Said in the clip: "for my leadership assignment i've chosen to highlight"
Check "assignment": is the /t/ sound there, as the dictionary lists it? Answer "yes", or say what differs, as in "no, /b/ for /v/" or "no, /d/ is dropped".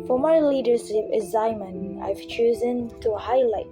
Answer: no, /t/ is dropped